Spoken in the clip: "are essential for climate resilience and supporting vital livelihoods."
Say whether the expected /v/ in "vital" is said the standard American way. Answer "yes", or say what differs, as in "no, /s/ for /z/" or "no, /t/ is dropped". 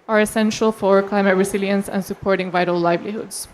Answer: yes